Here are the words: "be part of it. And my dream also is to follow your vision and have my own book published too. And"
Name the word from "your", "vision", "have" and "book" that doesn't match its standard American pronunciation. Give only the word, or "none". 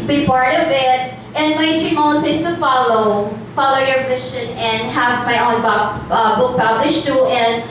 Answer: vision